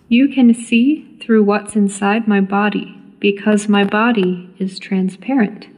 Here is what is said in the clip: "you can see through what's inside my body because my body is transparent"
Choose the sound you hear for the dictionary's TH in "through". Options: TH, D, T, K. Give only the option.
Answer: TH